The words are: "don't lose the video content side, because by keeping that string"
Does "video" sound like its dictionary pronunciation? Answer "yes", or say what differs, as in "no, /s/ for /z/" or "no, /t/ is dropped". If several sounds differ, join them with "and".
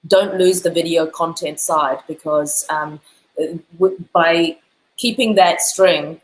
yes